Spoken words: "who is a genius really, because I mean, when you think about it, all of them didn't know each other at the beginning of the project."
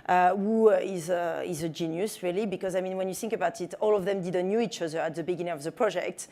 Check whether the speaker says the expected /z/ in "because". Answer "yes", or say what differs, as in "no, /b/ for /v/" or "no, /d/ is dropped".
yes